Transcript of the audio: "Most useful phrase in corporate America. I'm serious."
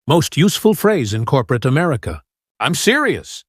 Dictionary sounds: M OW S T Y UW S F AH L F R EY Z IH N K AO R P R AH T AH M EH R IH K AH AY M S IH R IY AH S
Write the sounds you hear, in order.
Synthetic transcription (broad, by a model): M OW S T Y UW S F AH L F R EY Z IH N K AO R P R AH T AH M EH R IH K AH AY M S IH R IY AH S